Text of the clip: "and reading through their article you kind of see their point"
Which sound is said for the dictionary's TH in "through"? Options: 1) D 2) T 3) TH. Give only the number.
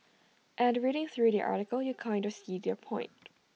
3